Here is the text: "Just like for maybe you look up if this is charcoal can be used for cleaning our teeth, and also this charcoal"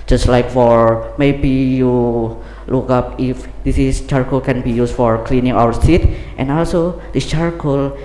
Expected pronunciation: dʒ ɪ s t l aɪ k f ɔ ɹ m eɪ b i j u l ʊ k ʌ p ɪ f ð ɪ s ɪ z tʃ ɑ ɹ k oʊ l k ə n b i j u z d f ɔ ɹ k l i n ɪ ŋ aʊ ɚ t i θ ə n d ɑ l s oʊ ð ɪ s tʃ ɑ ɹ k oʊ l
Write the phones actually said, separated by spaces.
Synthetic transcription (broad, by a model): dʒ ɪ s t l aɪ k f ɔ ɹ m eɪ b i j u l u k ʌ p ɪ f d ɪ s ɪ s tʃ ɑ ɹ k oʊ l k ə n b i j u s f ɔ ɹ k l i n ɪ ŋ aʊ ɚ s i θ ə n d ɑ l s oʊ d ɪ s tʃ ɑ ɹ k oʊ l